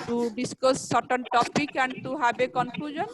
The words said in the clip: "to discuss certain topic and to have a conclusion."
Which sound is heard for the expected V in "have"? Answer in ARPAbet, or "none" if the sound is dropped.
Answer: B